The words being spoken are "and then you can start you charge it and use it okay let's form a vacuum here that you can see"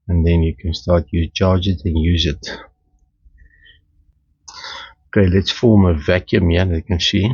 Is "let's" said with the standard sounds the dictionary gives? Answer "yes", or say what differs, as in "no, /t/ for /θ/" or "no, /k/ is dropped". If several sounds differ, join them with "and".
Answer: yes